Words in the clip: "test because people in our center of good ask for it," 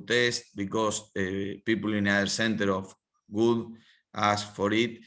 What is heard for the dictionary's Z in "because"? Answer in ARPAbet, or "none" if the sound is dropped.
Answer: S